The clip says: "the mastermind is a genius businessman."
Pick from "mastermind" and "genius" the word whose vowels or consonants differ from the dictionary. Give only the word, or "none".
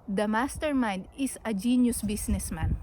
mastermind